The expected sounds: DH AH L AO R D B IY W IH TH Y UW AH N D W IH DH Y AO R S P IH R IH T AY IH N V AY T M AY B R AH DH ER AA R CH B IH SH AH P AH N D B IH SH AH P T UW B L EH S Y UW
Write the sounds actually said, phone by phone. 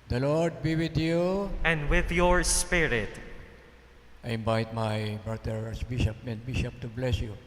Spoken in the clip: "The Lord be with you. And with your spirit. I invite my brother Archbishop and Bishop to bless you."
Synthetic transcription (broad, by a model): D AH L AO R D B IY W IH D Y UW AH N D W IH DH Y AO R S P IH R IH T AY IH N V AY T M AY B R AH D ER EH R S B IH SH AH P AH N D B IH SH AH P T UW B L EH S Y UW